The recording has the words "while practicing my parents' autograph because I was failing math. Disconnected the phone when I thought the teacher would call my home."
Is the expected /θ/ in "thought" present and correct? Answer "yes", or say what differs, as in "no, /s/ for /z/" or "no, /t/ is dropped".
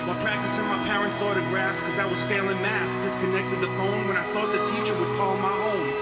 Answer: yes